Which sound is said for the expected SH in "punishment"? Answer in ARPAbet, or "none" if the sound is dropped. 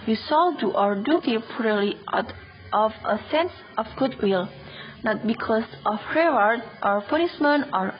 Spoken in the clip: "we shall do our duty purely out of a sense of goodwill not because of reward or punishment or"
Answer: S